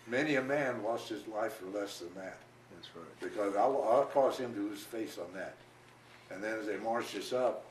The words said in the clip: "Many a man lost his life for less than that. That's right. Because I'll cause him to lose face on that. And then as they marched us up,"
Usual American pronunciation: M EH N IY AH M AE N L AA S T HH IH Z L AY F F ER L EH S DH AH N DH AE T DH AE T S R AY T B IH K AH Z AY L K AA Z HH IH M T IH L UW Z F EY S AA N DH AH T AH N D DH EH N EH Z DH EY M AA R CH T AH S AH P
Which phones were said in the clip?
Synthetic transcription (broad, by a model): M EH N IY AH M AE N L AA S T HH IH Z L AY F F ER L EH S DH AH N DH AE T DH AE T S R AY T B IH K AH Z AY L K AA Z HH IH M T IH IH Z F EY S N DH AH T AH N DH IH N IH Z DH EY M AA R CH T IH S AH P